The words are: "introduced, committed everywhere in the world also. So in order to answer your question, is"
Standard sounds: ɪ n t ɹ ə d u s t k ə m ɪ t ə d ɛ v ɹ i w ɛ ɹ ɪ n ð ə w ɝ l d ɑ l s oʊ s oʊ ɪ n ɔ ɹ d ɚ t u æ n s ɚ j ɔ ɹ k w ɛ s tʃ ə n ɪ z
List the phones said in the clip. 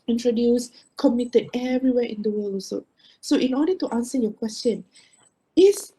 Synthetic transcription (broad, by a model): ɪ n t ɹ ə d u s k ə m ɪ t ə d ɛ v ɹ i w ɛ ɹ ɪ n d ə w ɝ l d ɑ s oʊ s oʊ ɪ n ɔ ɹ d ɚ t u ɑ n s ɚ j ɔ k w ɛ s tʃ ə n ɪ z